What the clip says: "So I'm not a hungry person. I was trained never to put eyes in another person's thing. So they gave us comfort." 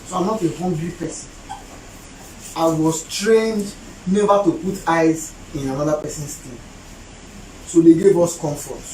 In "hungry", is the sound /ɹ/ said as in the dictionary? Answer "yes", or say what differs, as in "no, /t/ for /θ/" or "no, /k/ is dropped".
no, /l/ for /ɹ/